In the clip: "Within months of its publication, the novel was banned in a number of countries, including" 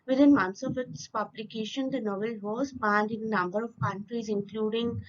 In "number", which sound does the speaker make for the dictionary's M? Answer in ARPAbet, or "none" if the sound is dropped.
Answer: M